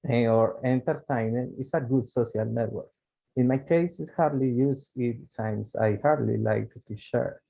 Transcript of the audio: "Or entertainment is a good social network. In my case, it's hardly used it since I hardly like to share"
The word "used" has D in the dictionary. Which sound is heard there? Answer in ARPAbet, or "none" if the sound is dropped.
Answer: none